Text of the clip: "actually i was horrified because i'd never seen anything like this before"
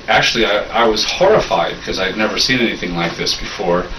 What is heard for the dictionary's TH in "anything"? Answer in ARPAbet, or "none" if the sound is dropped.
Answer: TH